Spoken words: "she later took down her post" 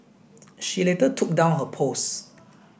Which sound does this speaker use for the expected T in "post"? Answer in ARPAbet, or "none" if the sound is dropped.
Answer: none